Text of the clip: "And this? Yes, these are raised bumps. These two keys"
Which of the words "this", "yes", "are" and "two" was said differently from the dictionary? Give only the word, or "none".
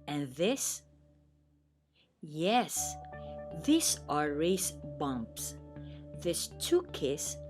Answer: none